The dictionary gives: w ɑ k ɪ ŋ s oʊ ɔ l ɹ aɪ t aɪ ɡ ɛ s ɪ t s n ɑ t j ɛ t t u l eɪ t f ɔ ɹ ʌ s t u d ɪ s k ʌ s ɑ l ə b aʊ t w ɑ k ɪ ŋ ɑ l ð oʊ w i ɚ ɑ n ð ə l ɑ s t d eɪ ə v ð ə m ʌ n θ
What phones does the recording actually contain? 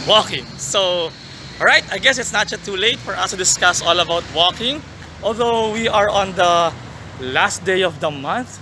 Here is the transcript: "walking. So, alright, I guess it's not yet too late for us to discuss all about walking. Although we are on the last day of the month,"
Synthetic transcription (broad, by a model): w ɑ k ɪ ŋ s oʊ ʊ ɹ aɪ t aɪ ɡ ɛ s ɪ t s n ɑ t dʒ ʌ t t u l eɪ t f ɔ ɹ ʌ s t u d ɪ s k ʌ s ɑ l ə b aʊ t w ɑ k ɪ ŋ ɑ l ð oʊ w i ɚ ɑ n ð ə l ɑ s t d eɪ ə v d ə m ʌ n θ